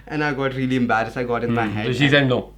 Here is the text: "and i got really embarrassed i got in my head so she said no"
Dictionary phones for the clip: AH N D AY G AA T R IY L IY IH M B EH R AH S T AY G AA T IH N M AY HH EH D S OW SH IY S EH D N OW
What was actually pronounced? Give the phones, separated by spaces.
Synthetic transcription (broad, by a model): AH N AY G AA T R IY L IY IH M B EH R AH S AY G AA T IH N M AY HH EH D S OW SH IY S EH D N OW